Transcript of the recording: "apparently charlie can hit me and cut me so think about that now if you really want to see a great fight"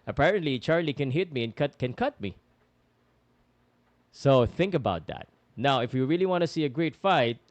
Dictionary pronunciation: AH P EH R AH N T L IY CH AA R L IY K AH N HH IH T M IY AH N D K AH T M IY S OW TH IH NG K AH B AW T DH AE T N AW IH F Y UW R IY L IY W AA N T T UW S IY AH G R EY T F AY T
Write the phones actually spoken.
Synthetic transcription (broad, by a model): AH P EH R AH N T L IY CH AA R L IY K AH N HH IH T M IY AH N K K AH T M IY S OW TH IH NG K AH B AW T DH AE T N AW IH F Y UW R IY L IY W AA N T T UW S IY AH G R EY T F AY T